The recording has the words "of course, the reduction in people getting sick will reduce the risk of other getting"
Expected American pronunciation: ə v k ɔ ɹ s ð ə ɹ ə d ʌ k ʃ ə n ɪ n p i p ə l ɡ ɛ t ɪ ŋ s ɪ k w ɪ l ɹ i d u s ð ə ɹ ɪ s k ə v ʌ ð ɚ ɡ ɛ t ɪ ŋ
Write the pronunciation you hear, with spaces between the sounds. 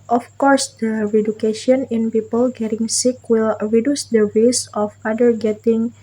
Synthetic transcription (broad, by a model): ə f k ɔ ɹ s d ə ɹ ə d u k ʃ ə n ɪ n p i p ə l ɡ ɛ t ɪ ŋ s ɪ k w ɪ l ɹ i d u s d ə w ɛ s ə f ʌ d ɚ ɡ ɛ t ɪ ŋ